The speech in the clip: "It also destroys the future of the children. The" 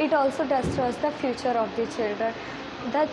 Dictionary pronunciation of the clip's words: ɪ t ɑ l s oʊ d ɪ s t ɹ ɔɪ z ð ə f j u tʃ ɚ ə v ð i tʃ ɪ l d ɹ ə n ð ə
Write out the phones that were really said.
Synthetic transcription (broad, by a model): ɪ t ɑ l s oʊ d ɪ s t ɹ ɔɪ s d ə f j u tʃ ɚ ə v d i tʃ ɪ l d ɹ ə n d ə